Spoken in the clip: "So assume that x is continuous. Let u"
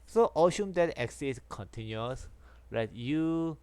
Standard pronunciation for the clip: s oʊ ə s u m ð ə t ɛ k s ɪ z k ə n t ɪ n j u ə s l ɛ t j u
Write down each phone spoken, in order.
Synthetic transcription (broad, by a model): s oʊ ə ʃ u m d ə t ɛ k s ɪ s k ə n t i n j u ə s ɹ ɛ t j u